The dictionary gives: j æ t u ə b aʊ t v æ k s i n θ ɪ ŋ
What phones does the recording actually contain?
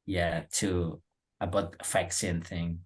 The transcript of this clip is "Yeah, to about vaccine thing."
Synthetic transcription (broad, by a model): j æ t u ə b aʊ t f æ k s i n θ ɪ ŋ